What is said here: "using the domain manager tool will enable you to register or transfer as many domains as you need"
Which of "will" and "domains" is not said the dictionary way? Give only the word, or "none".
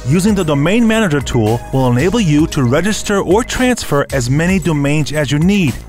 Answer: none